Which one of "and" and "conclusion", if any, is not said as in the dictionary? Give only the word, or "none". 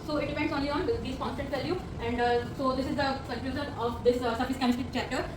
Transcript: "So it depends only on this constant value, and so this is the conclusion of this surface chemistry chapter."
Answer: conclusion